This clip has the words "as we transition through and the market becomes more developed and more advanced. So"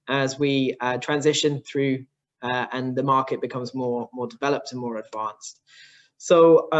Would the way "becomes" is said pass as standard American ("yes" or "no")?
yes